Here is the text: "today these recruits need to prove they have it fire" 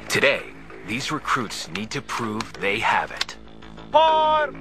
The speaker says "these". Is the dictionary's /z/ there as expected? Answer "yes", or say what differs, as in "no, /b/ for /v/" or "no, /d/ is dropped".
yes